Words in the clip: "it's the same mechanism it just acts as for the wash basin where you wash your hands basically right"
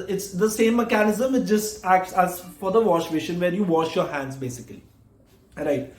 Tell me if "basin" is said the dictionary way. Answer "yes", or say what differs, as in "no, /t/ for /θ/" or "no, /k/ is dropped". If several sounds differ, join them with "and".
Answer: no, /ʃ/ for /s/